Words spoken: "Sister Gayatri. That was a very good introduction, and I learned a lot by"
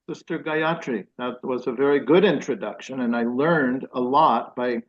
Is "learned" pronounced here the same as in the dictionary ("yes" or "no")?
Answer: yes